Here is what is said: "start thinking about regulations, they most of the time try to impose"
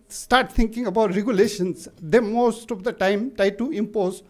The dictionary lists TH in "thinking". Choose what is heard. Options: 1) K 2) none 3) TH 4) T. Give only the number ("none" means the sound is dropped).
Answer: 4